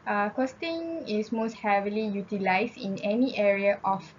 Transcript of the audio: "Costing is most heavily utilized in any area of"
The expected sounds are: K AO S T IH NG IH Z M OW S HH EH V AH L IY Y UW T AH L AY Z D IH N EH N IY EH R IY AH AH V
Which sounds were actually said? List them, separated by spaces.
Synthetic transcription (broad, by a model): K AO S T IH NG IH S M OW S HH EH V AH L IY Y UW T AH L AY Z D IH N EH N IY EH R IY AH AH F